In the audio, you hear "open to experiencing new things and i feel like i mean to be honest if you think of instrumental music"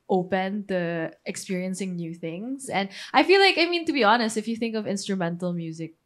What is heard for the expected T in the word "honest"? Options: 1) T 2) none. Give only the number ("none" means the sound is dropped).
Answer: 1